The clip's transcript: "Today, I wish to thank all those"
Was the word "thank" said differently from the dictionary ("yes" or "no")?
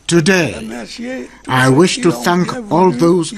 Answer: no